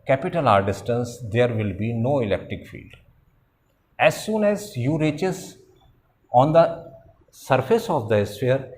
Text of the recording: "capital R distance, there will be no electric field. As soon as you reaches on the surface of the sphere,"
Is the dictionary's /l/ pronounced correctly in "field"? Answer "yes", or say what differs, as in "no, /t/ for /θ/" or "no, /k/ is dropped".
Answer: yes